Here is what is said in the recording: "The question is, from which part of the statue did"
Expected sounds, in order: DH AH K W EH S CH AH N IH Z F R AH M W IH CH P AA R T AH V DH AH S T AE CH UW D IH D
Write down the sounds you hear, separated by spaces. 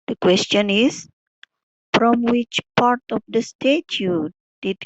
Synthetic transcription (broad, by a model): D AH K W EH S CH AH N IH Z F R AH M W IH CH P AA R T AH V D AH S T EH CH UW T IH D